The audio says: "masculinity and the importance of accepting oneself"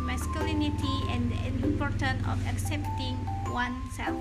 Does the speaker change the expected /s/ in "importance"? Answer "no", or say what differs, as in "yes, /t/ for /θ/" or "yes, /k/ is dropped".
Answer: yes, /s/ is dropped